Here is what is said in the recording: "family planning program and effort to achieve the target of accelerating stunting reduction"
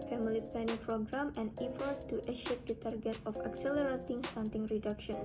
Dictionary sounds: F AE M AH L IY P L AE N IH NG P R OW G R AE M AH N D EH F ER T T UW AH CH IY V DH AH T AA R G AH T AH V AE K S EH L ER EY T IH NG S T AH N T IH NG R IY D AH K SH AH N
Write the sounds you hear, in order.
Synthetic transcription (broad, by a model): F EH M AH L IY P EH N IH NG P R OW G R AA M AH N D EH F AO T T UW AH SH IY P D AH T AA R G AH T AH F AE K S EH L ER EY T IH NG S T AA N T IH NG R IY D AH K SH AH N